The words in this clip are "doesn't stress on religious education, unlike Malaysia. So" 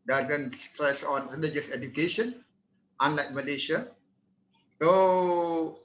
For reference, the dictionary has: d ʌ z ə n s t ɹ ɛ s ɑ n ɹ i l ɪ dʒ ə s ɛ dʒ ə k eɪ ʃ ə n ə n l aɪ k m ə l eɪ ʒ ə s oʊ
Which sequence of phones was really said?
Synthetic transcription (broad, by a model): d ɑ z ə n s t ɹ ɛ s ɑ n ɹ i n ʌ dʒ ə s ɛ dʒ ə k eɪ ʃ ə n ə n l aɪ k m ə l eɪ ʃ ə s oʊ